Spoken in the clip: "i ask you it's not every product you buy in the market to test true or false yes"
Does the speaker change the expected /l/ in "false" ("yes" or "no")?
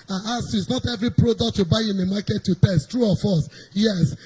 yes